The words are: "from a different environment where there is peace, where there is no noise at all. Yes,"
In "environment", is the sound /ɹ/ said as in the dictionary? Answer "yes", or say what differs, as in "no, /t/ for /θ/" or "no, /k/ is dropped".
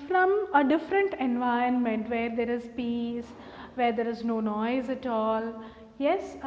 no, /ɹ/ is dropped